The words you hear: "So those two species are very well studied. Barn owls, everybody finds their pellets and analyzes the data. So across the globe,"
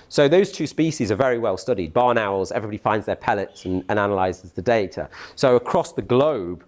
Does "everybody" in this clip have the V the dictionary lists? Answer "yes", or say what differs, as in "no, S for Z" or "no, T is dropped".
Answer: yes